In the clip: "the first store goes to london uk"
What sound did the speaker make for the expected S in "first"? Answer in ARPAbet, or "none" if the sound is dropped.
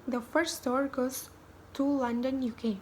none